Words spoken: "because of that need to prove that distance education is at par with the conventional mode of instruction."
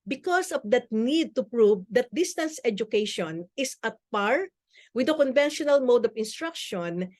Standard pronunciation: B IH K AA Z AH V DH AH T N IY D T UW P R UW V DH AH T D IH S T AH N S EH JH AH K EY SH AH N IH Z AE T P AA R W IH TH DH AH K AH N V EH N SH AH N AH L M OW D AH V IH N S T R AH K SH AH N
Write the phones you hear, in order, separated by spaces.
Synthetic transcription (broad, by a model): B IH K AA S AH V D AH T N IY D T UW P R UW V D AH T D IH S T AH N S EH JH AH K EY SH AH N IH S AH T P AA R W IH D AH K AH N V EH N SH AH N AH L M OW D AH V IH N S T R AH K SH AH N